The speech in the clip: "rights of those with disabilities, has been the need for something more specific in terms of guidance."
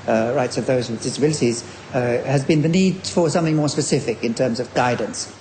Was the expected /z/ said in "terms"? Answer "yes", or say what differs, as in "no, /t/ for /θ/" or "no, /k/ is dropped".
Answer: yes